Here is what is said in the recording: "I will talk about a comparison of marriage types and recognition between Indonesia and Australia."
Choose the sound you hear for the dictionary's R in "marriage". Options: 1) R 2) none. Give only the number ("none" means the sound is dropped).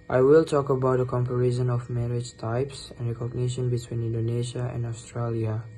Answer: 1